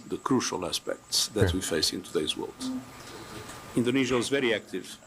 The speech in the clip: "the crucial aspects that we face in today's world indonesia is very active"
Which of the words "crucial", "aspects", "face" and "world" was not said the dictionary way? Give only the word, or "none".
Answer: none